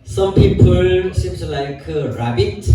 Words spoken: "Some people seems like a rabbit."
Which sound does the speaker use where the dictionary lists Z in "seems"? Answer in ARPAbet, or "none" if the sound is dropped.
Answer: S